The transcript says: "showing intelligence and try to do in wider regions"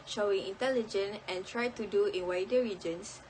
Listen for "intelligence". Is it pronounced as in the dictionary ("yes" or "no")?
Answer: no